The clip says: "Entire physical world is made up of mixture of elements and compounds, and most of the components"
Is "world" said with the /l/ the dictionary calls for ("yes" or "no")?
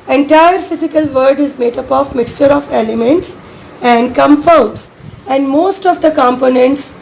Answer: no